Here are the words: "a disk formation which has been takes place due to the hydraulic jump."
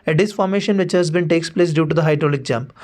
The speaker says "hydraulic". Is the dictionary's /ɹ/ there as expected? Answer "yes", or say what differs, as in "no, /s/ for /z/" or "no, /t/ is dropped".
yes